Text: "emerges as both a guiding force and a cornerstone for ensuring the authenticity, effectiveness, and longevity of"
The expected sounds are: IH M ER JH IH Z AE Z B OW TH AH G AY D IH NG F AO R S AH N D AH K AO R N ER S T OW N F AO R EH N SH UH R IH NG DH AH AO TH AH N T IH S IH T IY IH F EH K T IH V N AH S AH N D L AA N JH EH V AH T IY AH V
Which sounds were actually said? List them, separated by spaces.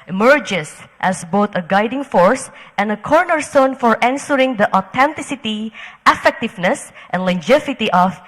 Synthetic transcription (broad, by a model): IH M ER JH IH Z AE S B OW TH AH G AY D IH NG F AO R S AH N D AH K AO R N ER S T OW N F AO R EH N S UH R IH NG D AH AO T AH N T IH S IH T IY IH F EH K T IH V N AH S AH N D L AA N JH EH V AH T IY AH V